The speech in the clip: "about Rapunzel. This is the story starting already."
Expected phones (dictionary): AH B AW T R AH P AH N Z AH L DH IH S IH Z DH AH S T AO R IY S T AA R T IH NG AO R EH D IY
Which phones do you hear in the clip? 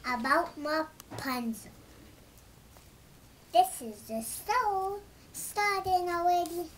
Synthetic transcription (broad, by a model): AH B AW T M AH P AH N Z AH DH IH S IH Z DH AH S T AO IY S T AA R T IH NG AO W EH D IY